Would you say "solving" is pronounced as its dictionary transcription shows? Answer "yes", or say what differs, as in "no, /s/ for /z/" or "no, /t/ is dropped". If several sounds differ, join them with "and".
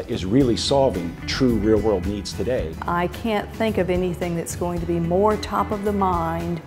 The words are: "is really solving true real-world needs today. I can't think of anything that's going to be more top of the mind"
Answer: yes